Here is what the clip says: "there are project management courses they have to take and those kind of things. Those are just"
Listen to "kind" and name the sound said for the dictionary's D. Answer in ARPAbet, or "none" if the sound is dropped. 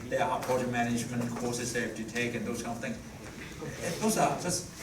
none